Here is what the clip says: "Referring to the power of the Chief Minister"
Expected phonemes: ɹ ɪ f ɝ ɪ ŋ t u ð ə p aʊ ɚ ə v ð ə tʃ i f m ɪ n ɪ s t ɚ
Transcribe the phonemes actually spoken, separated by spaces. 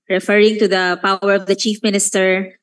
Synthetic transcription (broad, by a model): ɹ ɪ f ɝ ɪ ŋ t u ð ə p aʊ ɚ ə v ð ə tʃ i f m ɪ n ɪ s t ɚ